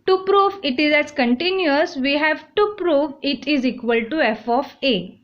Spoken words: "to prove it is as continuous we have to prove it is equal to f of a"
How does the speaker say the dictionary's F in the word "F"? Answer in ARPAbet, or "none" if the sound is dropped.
F